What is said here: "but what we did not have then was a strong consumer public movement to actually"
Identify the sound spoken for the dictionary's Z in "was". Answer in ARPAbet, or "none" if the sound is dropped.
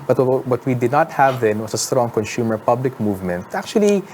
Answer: S